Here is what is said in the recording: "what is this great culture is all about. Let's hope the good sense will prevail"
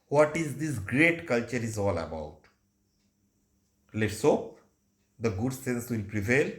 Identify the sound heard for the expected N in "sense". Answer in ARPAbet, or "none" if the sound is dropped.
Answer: N